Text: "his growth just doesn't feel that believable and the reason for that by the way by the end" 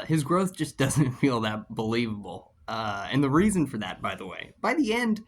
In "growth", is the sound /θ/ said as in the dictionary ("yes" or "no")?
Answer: yes